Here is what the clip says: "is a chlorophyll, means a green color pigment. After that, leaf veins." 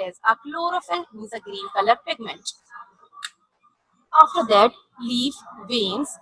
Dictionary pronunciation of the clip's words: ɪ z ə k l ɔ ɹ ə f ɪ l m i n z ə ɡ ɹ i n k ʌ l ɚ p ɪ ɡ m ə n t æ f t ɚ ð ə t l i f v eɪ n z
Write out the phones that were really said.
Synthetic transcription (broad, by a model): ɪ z ə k l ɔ ɹ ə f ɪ l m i z ə ɡ ɹ i n k ʌ l ɚ p ɪ ɡ m ə n t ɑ f t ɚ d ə t l i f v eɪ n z